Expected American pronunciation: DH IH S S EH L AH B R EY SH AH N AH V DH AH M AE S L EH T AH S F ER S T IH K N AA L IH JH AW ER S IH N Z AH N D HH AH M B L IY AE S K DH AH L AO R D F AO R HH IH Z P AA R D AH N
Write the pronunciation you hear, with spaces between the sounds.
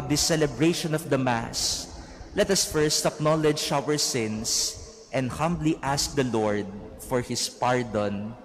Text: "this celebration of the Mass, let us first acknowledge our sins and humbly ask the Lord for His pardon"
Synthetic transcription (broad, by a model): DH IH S S EH L AH B R EY SH AH N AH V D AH M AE S L EH T AH S F ER S T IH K N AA L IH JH AW ER S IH N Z AH N D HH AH M B L IY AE S K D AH L AO R D F AO R HH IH S P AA R D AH N